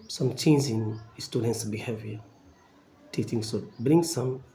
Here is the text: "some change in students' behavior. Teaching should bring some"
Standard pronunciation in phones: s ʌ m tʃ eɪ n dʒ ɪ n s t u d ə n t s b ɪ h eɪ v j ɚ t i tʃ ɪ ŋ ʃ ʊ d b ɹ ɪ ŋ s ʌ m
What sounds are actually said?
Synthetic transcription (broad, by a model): s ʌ m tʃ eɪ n z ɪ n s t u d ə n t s b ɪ h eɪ v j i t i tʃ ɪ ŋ s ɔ b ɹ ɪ ŋ s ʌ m